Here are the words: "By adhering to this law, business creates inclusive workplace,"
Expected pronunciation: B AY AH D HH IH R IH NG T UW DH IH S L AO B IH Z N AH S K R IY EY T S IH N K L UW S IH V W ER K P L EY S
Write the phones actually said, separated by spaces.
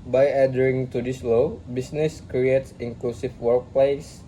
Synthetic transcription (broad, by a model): B AY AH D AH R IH NG T UW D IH S L AO B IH S N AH S K R IY EY T S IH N K L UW S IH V W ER K P L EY S